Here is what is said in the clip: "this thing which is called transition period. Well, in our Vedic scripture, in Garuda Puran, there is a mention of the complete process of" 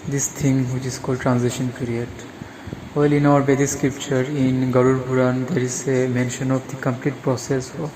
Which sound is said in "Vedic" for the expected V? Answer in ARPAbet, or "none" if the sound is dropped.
B